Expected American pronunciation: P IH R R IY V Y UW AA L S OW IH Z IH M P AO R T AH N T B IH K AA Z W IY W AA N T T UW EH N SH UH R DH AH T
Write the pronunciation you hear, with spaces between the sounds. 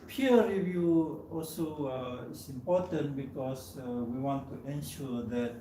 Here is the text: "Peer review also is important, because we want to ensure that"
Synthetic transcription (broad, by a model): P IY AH R IY V Y UW AA L S OW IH S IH M P AO T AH N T B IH K AA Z W IY W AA N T T UW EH N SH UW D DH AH T